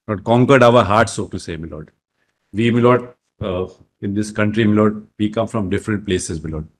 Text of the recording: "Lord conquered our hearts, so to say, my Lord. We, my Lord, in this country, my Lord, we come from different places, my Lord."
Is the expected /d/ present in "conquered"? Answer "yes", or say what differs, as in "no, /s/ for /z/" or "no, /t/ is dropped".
yes